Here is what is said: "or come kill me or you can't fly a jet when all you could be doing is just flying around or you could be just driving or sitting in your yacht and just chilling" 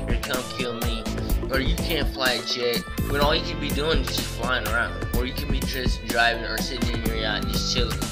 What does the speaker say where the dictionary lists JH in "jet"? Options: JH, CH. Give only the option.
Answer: CH